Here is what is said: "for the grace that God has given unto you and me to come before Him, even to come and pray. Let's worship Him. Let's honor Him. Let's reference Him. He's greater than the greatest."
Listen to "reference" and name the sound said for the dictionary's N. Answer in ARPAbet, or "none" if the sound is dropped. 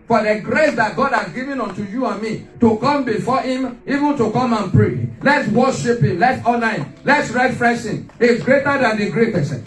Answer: none